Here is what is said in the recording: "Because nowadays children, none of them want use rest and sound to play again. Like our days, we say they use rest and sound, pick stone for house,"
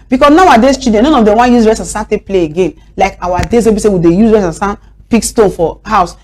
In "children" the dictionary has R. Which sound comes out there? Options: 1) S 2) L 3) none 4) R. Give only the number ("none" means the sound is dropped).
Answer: 3